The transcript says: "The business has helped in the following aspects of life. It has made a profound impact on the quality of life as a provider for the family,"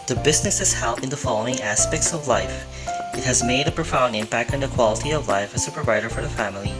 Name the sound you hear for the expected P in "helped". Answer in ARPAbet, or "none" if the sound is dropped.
none